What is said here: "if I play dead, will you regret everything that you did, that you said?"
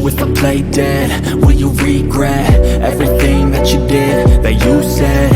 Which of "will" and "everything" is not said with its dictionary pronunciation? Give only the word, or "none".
will